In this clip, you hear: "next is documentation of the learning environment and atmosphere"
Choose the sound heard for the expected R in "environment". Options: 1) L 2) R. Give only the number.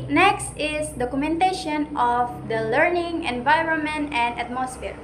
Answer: 2